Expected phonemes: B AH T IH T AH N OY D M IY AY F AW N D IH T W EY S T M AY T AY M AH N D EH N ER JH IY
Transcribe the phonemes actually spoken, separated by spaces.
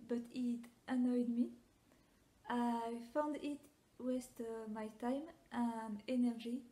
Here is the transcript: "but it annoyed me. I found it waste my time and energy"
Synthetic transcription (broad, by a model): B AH T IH T AH N OY D M IY AY F AW N D IH T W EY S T M AY T AY M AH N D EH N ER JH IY